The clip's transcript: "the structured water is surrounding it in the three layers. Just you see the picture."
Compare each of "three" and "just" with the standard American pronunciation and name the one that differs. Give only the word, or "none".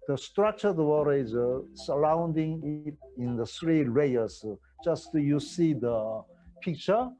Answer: three